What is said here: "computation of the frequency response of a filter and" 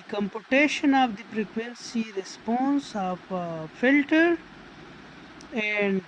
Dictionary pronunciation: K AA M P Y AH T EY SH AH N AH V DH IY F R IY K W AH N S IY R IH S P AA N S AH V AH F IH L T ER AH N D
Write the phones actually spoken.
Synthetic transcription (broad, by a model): K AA M P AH T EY SH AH N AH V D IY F R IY K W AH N S IY R IH S P AA N S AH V F IH L T ER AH N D